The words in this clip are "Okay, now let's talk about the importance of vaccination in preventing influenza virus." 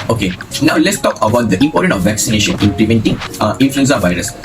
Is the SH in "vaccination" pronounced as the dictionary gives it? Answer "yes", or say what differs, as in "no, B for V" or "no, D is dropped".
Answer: yes